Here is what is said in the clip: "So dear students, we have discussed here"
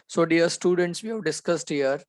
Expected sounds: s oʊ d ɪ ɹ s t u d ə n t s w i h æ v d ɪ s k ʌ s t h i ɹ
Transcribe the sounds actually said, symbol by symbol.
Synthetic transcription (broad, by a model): s oʊ d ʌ ɹ s t u d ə n t s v i h æ v d ɪ s k ʌ s t h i ɹ